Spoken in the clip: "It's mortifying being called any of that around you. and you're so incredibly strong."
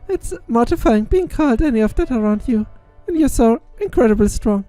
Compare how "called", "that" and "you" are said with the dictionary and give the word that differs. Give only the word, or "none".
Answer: none